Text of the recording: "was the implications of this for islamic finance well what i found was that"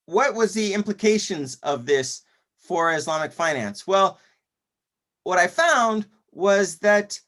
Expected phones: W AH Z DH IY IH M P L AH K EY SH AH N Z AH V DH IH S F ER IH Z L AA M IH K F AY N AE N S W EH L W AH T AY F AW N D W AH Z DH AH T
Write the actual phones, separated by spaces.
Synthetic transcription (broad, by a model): W AH Z DH IY IH M P L AH K EY SH AH N Z AH V DH IH S F ER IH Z L AA M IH K F AY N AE N S W EH L W AH T AY F AW N D W AH Z DH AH T